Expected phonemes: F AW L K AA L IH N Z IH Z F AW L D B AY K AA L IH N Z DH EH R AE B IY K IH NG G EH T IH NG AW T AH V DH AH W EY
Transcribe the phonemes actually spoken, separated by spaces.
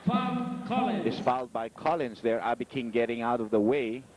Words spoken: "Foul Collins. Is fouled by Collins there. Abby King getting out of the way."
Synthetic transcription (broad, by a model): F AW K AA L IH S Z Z F AW L D B AY K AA L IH N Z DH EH R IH B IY K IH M G EH T IH NG AW T AH V DH AH W EY